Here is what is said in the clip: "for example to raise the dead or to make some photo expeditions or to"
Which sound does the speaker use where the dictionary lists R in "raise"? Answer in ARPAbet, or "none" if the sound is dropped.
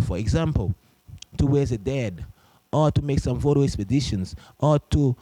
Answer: W